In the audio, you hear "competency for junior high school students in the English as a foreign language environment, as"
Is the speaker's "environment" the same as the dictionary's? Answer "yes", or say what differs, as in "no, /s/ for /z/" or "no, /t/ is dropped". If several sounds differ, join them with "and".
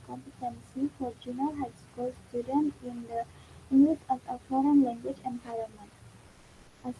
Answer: no, /p/ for /v/